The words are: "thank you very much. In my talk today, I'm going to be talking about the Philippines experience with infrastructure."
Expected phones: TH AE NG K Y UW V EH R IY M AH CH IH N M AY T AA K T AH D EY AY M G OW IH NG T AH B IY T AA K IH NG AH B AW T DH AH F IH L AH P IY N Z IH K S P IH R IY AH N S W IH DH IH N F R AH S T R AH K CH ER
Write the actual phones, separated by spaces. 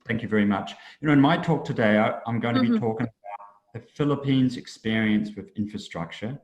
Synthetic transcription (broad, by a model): TH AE NG K Y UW V EH R IY M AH CH IH N M AY T AA K T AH D EY AY M G OW IH NG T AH B IY T AA K IH NG AH B AW T DH AH F IH L AH P IY N Z IH K S P IH R IY AH N S W IH DH IH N F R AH S T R AH K CH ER